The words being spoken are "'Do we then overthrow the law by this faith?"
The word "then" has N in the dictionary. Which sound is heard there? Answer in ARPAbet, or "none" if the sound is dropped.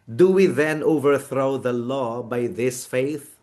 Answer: N